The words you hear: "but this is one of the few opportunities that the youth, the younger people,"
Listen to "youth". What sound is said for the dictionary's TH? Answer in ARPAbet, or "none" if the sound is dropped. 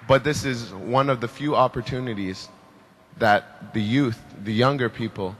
TH